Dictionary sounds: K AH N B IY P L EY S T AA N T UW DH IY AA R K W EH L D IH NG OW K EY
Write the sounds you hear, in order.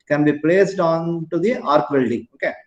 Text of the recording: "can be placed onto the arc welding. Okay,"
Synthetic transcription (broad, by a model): K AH N B IY P L EY S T AA N T UW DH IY AA R K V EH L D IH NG OW K EY